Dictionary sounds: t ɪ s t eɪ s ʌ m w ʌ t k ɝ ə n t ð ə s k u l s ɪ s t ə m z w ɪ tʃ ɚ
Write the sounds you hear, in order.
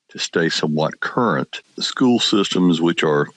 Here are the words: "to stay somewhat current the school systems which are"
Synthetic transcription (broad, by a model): t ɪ s t eɪ s ʌ m w ʌ t k ɝ ə n t s k u l s ɪ s t ə m z w ɪ tʃ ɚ